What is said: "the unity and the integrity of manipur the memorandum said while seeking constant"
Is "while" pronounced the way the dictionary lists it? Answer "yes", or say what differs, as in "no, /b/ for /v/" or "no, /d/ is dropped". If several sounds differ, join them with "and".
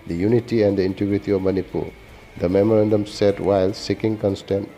yes